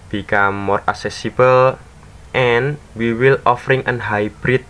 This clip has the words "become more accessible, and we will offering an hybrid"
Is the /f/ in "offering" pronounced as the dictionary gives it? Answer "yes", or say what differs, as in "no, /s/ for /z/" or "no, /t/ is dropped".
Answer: yes